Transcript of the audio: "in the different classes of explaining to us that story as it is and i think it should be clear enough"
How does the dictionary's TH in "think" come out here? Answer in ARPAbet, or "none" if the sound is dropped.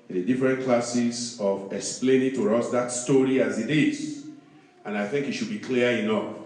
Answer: TH